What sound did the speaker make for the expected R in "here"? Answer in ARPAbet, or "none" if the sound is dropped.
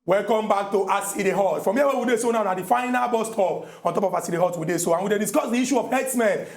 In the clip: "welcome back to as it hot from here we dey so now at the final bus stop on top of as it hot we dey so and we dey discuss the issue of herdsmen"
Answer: W